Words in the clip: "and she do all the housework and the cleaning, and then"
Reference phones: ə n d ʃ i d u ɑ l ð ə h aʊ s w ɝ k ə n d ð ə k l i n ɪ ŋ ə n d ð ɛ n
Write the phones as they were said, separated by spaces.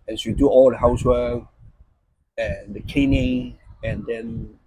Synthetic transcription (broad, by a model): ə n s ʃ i d u ɑ l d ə h aʊ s w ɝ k ə n d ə k ɛ n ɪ ə n d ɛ n